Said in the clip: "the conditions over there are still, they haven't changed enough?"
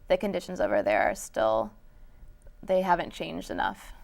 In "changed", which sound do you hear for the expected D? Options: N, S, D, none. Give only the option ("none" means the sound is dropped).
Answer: D